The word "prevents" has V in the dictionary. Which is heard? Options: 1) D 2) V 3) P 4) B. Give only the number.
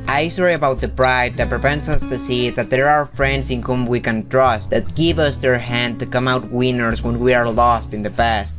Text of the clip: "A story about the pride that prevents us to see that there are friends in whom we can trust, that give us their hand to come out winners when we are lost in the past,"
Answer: 3